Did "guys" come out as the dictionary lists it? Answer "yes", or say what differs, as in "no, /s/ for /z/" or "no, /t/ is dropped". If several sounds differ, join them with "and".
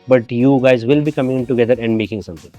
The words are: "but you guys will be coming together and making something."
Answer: yes